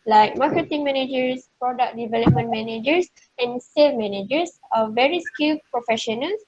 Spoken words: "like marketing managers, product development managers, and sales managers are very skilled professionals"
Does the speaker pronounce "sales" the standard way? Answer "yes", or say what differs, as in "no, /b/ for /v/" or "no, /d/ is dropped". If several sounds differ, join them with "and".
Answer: no, /z/ is dropped